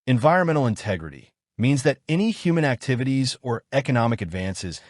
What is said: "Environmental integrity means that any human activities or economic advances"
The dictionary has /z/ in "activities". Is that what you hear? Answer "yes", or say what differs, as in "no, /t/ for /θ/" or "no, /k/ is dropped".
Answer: yes